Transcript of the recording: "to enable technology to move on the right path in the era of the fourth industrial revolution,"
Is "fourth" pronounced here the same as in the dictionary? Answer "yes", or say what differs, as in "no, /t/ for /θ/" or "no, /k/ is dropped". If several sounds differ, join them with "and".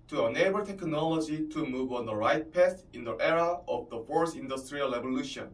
no, /s/ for /θ/